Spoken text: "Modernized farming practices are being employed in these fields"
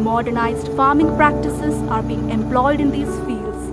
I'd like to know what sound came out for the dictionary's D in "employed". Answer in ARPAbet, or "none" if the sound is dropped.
D